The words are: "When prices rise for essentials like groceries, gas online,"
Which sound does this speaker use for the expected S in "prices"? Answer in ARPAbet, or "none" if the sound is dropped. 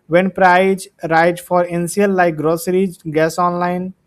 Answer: none